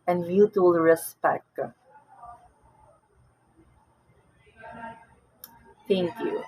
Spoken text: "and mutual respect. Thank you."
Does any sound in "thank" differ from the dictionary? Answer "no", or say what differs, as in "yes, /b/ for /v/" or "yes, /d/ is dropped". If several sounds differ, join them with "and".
yes, /t/ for /θ/